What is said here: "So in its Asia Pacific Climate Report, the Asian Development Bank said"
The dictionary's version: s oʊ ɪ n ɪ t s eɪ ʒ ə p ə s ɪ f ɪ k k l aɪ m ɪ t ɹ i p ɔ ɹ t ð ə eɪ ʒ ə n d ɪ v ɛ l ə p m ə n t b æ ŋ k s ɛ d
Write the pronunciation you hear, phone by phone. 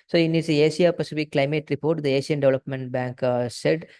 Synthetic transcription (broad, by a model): s oʊ ɪ n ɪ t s eɪ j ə p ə s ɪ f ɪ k k l aɪ m ɪ t ɹ i p ɔ ɹ t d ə eɪ s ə n d ɪ v ɛ l ə p m ə n t b æ ŋ k s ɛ d